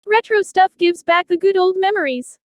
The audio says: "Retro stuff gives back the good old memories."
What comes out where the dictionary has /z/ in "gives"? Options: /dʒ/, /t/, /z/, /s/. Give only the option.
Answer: /z/